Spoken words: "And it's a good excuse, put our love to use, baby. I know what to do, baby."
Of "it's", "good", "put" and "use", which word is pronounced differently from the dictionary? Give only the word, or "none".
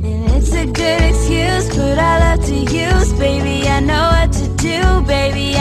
put